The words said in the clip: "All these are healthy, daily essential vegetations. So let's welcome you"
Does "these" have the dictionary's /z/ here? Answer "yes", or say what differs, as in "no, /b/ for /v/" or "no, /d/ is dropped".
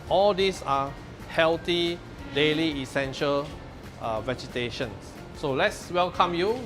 no, /s/ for /z/